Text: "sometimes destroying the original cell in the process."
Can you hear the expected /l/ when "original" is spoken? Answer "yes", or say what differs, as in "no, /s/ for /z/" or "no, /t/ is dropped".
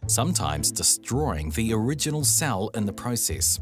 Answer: yes